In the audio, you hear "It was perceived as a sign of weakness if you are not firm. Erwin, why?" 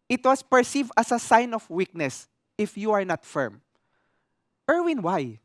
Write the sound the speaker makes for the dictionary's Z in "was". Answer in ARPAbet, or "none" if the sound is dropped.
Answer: S